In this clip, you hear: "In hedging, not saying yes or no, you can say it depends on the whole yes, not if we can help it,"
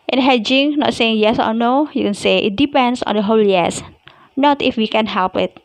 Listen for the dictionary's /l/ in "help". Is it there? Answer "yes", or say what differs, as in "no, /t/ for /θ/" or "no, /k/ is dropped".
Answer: yes